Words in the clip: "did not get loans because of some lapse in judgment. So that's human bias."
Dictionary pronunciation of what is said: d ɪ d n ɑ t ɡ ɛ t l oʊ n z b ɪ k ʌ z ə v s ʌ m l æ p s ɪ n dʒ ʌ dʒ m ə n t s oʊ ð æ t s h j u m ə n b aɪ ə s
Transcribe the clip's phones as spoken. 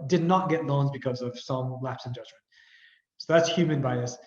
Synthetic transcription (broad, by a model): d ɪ d n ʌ t ɡ ɛ t l oʊ n z b ɪ k ʌ z ə v s ʌ m l æ p s ɪ n dʒ ʌ dʒ m ə n t s oʊ ð æ t s h j u m ə n b aɪ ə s